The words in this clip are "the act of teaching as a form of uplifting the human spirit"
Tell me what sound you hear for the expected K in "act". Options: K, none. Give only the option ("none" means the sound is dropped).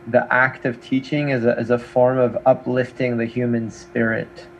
K